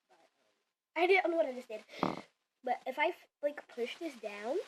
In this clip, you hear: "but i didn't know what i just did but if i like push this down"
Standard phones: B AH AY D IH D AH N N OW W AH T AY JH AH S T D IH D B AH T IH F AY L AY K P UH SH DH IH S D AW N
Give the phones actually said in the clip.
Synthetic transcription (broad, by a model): AY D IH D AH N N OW W AH T AY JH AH S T D IH D B AH T IH F AY L AY K P UH SH DH IH S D AW N